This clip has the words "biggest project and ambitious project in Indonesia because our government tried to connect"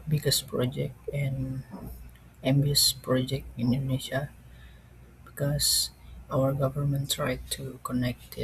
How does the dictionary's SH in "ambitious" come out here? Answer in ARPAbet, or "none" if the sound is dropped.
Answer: none